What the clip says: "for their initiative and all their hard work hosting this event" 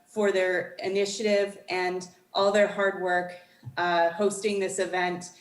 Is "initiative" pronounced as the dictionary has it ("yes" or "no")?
yes